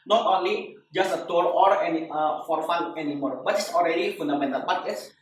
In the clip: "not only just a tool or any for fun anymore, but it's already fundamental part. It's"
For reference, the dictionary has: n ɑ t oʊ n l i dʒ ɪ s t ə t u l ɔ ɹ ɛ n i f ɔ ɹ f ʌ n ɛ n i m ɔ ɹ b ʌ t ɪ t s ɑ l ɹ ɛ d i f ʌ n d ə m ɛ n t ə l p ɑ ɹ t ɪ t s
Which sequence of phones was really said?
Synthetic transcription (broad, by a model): n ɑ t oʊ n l i dʒ ɪ s t ə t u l ɔ ɹ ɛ n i f ɔ ɹ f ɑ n ɛ n i m ɔ ɹ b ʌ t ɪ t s ɑ l ɹ ɛ d i f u n d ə m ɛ n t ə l b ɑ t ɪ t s